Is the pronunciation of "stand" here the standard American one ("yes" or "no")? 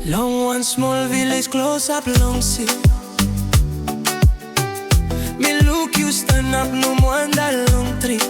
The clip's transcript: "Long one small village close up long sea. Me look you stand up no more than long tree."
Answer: no